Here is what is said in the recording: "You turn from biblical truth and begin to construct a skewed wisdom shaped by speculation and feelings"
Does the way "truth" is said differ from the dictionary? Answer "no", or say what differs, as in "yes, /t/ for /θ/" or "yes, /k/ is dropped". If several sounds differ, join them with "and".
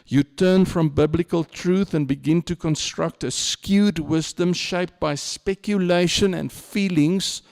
no